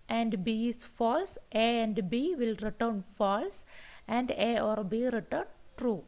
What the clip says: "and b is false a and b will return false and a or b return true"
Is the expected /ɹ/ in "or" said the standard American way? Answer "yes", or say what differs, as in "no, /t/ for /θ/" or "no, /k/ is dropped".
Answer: yes